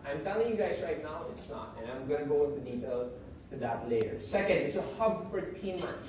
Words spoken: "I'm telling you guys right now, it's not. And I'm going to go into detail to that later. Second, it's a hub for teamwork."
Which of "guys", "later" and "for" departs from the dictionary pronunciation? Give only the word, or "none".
none